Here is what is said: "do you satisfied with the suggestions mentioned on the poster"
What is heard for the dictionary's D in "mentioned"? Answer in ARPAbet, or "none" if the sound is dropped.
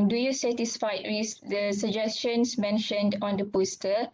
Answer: D